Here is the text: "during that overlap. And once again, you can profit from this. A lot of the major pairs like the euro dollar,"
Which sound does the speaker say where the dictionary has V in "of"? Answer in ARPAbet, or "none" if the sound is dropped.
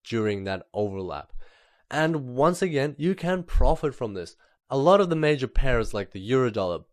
V